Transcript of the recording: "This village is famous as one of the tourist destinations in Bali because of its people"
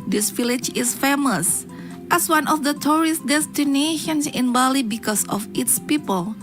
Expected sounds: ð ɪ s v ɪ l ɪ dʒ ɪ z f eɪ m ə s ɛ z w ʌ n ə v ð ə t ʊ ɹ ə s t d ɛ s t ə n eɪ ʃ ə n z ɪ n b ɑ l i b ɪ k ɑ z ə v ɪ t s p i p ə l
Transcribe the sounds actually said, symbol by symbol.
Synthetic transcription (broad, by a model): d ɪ s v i l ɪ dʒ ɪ s f eɪ m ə s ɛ s w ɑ n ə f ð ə t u ɹ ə s t d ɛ s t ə n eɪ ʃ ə n s ɪ n b ɑ l i b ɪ k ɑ s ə f ɪ t s p i p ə l